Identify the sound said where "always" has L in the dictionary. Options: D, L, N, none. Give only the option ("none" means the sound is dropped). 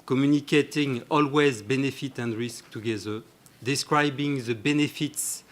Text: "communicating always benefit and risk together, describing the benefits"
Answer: L